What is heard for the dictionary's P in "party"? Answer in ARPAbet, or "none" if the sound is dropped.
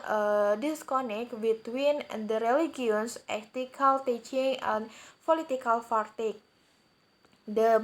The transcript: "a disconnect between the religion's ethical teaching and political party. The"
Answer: F